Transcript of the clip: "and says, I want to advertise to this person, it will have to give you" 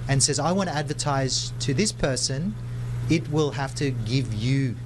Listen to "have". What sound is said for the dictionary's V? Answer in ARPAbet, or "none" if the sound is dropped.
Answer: F